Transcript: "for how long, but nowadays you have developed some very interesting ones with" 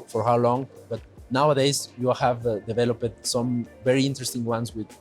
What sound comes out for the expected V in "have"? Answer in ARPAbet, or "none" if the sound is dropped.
V